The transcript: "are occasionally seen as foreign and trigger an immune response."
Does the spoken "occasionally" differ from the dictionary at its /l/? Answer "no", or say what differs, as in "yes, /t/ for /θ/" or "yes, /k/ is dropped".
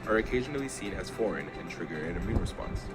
no